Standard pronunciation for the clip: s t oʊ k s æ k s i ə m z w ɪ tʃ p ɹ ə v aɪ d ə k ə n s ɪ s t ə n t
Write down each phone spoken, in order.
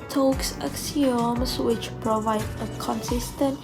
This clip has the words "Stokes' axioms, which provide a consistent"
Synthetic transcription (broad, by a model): t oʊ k s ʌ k s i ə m s w ɪ tʃ p ɹ ə v aɪ d ə k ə n s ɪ s t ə n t